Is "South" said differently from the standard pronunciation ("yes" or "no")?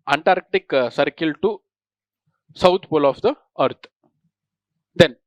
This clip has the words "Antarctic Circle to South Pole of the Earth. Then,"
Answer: yes